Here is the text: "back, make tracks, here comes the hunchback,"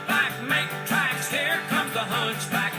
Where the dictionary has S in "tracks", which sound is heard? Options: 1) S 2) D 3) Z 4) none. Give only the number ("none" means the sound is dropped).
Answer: 1